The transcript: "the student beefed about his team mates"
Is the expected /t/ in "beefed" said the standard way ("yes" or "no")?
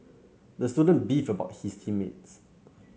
no